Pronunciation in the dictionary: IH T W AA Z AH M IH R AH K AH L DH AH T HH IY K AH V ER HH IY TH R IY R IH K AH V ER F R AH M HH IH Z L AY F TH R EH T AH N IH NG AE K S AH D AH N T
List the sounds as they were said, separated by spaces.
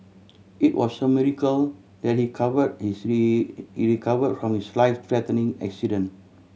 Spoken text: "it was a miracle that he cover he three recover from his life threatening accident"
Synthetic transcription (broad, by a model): IH T W AA S AH M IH R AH K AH L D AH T HH IY K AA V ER HH IY S R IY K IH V AH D F R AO M HH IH S L AY F T R EH T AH N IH NG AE K S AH D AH N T